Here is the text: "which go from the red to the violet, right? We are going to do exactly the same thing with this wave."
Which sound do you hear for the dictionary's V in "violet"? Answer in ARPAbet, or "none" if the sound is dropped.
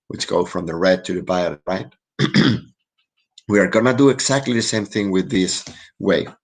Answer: B